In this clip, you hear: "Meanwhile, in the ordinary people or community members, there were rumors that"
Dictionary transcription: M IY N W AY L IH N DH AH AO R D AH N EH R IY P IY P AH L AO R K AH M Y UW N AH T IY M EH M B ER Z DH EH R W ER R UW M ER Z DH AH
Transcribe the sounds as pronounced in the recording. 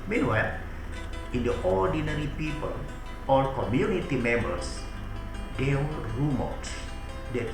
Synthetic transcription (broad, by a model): M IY N W AY L IH N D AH AO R D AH N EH R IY P IY P AH L AO L K AH M Y UW N AH T IY M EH M B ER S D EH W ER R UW M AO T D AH